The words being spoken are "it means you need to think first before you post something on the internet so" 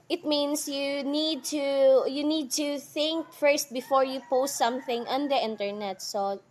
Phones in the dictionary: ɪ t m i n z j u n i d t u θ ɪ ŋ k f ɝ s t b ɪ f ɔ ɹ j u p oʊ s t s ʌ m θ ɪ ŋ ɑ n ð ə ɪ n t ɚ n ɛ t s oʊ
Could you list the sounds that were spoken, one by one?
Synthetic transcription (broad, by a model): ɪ t m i n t j u n i d t u θ ɪ ŋ k f ɝ s t b ɪ f ɔ ɹ j u p oʊ s t s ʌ m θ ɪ ŋ ɑ n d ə ɪ n t ɚ n ɛ t s oʊ